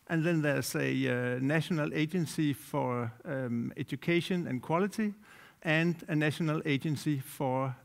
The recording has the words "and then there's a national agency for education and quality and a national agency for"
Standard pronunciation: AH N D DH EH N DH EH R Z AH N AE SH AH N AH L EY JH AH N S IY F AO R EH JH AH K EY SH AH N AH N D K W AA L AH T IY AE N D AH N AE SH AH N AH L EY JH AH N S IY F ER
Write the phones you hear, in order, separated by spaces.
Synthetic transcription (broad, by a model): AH N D DH EH N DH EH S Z AH N AE SH AH N AH L EY JH AH N S IY F AO R EH JH AH K EY SH AH N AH N K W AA L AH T IY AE N D AH N AE SH AH N AH L EY JH AH N S IY F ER